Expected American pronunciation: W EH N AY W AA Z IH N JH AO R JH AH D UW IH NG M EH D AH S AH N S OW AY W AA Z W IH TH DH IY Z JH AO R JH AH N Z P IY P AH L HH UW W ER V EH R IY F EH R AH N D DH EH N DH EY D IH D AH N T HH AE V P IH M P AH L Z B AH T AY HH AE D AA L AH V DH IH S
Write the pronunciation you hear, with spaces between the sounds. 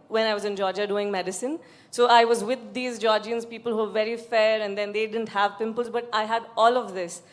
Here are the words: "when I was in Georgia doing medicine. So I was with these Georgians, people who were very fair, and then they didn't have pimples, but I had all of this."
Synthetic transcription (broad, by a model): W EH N AY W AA Z IH N JH AO R JH AH D UW IH NG M EH D AH S AH N S OW AY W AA Z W IH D IY Z JH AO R JH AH N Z P IY P AH L HH UW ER V EH R IY F EH R AH N D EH N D EY D IH D AH N T HH AE V P IH M P AH L Z B AH T AY HH AE D AA L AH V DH IH S